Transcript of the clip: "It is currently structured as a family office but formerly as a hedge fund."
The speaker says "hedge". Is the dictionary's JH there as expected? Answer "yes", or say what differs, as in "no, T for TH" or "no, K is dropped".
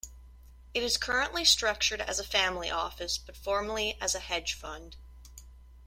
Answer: no, ZH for JH